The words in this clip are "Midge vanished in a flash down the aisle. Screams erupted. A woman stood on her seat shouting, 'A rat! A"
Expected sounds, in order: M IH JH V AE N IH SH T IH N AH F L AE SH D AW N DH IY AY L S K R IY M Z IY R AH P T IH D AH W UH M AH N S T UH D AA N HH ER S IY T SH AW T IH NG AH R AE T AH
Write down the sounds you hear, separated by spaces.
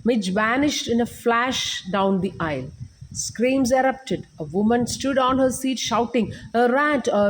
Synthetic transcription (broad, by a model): M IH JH V AE N IH SH T IH N AH F L AE SH D AW N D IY AY L S K R IY M Z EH R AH P T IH D AH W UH M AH N S T UH D AA N HH ER S IY T SH AW T IH NG AH R AE T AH